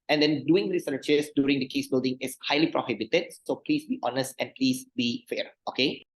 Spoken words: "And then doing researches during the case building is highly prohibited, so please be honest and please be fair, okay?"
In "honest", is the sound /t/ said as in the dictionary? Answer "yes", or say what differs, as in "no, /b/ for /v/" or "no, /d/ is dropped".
yes